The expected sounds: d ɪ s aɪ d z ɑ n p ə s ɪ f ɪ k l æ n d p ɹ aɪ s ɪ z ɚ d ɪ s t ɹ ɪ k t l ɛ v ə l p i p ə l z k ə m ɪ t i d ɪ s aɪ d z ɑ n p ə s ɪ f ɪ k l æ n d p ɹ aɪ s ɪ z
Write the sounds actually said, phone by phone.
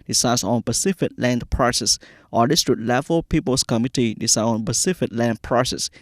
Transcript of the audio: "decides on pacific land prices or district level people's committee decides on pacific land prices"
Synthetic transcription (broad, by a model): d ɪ s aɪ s ɑ n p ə s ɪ f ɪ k l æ n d p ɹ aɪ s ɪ s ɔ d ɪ s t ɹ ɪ t l ɛ v ə l p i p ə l s k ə m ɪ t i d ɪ s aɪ ɑ n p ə s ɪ f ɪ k l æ n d p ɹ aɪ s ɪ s